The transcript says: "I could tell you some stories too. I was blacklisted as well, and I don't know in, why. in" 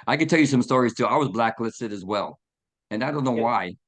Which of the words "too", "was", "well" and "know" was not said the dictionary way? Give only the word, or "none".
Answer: none